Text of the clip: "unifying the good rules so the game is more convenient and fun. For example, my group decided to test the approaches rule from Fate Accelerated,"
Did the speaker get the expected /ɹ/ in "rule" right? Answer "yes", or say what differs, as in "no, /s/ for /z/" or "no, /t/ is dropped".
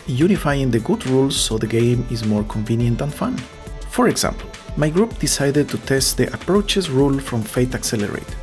yes